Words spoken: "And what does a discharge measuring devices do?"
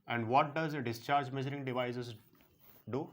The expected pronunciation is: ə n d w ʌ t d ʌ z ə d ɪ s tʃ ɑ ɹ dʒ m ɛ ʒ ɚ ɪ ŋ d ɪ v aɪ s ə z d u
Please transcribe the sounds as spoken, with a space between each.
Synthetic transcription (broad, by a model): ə n d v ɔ t d ʌ z ə d ɪ s tʃ ɑ ɹ dʒ m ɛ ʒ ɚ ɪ ŋ d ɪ v aɪ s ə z d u